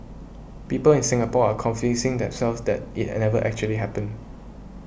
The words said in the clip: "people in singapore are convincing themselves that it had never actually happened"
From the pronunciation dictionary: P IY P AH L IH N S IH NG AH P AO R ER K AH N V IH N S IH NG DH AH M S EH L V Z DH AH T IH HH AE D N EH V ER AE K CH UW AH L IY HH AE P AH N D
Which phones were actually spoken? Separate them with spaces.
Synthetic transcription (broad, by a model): P IY P AH L IH N S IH NG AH P AO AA K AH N F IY S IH NG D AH M S EH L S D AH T IH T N EH V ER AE K CH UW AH L IY HH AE P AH N